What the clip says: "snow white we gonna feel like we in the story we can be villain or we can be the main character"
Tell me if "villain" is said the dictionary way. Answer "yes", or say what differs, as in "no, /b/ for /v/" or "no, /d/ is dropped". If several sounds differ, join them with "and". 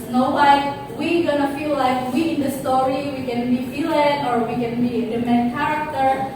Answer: no, /f/ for /v/